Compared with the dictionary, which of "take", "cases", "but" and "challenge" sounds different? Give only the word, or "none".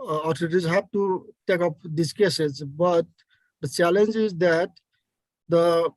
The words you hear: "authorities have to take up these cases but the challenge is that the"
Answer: none